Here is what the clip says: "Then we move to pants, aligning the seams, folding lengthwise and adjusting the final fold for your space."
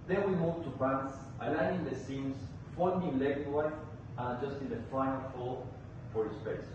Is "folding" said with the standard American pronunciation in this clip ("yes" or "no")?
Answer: no